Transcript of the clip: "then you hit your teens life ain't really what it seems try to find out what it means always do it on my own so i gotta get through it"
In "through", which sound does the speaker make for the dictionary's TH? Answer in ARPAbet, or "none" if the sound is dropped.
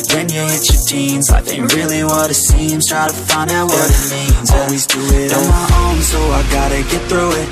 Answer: TH